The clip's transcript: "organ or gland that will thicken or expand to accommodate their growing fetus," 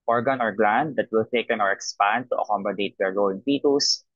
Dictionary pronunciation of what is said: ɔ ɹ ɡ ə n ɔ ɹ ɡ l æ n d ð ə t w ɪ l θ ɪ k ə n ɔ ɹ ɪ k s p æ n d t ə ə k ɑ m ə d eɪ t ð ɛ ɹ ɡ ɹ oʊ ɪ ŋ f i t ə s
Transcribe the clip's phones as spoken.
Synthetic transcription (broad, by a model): ɔ ɹ ɡ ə n ɔ ɹ ɡ l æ n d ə t w ɪ l t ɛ k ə n ɔ ɹ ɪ k s p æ n d t ə ə k ɑ m ə d eɪ t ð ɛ ɹ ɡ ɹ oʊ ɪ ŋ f i t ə s